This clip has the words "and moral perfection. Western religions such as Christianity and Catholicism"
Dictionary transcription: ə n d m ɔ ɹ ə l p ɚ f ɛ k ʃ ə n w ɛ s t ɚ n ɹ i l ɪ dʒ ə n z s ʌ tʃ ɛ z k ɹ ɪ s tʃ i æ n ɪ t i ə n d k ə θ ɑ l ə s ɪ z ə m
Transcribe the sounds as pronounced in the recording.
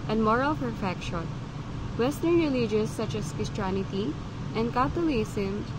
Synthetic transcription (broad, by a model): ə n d m ɔ ɹ ə l f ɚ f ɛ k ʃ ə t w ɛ s t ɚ n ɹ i l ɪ dʒ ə z s ʌ tʃ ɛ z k ɪ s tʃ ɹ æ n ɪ t i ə n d k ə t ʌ l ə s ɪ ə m